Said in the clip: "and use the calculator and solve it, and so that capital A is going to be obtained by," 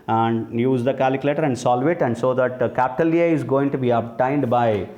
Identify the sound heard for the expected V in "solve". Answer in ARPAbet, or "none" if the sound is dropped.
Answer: V